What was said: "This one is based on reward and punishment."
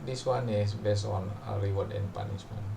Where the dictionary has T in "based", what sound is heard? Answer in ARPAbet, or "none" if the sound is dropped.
none